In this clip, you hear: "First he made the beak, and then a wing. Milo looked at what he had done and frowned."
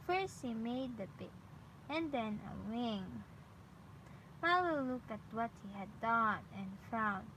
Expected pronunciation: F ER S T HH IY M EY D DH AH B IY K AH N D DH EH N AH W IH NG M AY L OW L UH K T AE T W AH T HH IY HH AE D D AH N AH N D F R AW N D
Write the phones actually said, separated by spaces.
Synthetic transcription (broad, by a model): F ER S T HH IY M EY D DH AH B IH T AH N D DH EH N AH W IH NG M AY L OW L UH K AE T W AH T HH IY HH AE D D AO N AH N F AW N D